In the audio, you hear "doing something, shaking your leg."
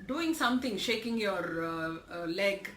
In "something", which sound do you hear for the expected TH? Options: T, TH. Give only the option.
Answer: T